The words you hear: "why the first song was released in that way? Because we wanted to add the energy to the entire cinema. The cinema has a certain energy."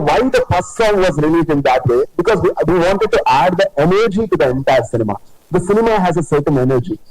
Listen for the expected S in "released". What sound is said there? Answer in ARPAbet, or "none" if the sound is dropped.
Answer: none